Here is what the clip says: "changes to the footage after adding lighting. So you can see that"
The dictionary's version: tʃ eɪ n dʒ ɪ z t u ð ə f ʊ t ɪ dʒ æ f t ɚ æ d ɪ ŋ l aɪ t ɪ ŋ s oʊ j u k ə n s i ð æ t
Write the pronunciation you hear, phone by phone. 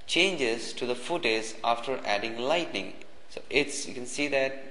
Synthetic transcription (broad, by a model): tʃ eɪ n dʒ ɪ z t u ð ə f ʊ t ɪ z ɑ f t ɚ æ d ɪ ŋ l aɪ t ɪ ŋ s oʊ j u k ə n s i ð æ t